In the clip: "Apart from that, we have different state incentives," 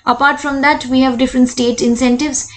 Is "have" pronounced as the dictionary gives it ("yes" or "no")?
yes